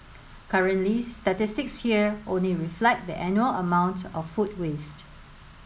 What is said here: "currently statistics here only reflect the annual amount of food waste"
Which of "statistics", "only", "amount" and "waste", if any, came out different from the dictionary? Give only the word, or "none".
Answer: none